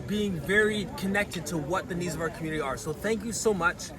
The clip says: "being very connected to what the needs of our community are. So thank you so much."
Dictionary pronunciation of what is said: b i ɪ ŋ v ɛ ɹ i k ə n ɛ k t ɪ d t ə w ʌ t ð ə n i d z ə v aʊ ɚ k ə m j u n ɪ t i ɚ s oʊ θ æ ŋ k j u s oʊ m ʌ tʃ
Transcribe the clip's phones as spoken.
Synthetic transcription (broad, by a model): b i ɪ ŋ v ɛ ɹ i k ə n ɛ k t ɪ d t ə w ʌ t ð ə n i d z ə v aʊ ɚ k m j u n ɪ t i ɚ s oʊ θ æ ŋ k j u s oʊ m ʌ tʃ